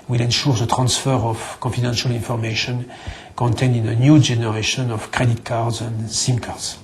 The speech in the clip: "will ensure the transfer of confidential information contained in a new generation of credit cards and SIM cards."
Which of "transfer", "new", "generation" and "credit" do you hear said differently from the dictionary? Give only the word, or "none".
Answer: none